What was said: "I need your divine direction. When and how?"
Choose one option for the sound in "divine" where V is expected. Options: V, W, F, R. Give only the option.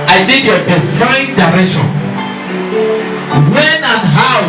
F